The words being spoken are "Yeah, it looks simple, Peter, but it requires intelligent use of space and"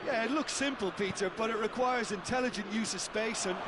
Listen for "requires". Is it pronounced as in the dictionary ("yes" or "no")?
yes